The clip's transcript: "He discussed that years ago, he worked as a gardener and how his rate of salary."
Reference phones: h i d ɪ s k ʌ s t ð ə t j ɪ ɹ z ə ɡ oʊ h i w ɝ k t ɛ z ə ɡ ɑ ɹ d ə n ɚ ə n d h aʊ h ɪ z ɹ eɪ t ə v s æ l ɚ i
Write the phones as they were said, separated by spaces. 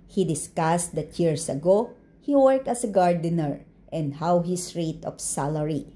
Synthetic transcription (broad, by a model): h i d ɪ s k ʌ s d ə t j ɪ ɹ s ə ɡ oʊ h i w ɝ k t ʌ s ə ɡ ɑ ɹ d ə n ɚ ə n d h aʊ h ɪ s ɹ eɪ t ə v s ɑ l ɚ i